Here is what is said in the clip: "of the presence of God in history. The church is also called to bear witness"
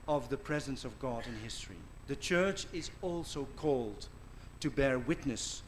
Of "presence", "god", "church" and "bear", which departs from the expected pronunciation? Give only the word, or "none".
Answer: none